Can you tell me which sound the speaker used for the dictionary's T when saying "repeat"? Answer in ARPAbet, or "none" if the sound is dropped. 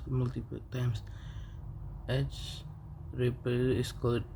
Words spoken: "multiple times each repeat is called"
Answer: none